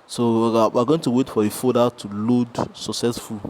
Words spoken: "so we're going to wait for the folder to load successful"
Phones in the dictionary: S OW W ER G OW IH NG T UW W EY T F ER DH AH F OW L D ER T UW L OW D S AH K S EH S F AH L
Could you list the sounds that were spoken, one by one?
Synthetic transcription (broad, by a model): S OW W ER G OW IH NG T UW W EY T F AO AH F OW D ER T UW L OW D S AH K S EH S F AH